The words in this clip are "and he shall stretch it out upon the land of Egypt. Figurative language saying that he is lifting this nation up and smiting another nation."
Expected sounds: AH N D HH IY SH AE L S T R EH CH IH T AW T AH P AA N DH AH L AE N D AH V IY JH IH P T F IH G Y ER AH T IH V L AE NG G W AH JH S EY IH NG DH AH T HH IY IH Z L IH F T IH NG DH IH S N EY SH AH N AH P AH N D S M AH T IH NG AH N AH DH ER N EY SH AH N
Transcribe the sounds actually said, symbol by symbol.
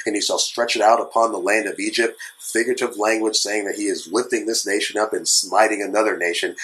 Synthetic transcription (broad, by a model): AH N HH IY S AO S T R EH CH IH T AW T AH P AA N DH AH L AE N D AH V IY JH IH P T F IH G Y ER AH T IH V L AE NG G W AH JH S EY IH NG DH AH T HH IY IH Z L IH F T IH NG DH IH S N EY SH AH N AH P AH N S M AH T IH NG AH N AH DH ER N EY SH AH N